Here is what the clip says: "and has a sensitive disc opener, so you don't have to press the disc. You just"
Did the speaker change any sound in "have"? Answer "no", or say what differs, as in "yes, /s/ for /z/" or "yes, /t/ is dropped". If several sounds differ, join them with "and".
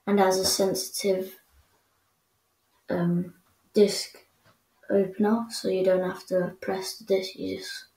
yes, /f/ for /v/